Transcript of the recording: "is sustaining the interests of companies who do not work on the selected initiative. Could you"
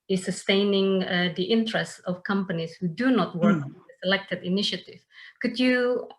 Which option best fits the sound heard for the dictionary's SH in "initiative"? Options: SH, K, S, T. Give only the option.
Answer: SH